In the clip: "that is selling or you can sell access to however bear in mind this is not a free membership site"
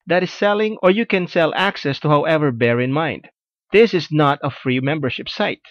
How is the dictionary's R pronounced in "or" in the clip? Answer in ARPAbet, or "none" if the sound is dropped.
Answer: R